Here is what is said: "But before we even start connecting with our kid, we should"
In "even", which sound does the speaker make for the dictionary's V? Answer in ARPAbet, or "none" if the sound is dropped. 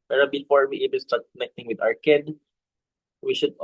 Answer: B